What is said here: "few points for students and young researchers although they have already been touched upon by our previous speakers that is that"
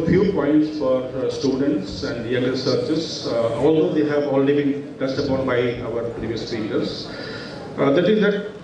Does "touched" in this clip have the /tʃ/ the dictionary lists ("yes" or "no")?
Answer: no